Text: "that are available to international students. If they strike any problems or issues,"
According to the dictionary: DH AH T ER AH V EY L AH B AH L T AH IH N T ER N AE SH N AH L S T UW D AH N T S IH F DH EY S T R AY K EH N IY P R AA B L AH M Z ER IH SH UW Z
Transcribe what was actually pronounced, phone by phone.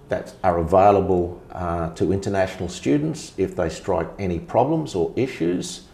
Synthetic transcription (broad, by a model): DH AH T ER AH V EY L AH B AH L T AH IH N T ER N AE SH N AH L S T UW D N T S IH F DH EY S T R AY K EH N IY P R AA B L AH M Z ER IH SH UW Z